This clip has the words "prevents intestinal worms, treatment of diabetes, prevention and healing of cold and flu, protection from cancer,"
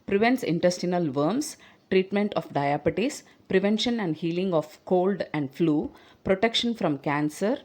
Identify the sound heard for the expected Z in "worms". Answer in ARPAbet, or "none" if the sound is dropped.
S